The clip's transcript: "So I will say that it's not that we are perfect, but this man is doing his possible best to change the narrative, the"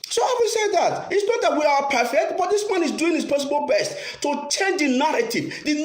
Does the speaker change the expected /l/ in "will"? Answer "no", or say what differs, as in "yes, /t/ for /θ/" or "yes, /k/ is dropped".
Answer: yes, /n/ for /l/